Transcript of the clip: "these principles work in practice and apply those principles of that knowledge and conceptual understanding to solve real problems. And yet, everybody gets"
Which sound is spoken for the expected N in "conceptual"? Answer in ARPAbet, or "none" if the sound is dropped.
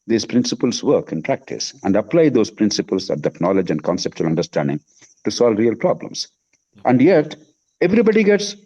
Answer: N